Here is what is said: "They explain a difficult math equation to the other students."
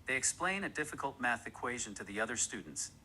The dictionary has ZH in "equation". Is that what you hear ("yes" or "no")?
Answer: yes